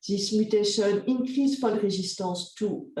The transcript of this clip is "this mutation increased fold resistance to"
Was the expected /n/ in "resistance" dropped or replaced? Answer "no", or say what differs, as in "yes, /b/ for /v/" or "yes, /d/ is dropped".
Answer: yes, /n/ is dropped